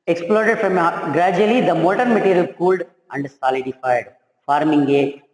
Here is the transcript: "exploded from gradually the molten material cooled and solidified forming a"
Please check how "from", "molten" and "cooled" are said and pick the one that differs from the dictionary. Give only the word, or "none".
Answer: molten